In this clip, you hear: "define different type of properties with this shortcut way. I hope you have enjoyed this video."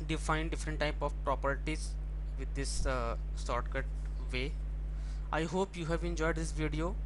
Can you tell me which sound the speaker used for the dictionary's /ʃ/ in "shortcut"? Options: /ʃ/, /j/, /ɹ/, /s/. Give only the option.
/s/